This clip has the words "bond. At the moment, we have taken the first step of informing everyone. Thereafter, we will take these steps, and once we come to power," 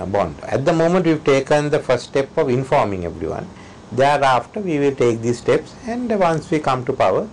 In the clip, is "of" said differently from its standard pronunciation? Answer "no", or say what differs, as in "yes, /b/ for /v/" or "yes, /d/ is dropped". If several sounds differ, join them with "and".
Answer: no